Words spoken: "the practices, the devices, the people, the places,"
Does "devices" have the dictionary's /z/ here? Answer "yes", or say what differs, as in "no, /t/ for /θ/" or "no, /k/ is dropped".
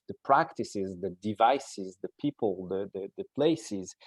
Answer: yes